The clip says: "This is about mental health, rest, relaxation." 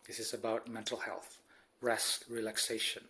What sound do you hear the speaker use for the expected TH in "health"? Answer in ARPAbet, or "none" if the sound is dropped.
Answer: TH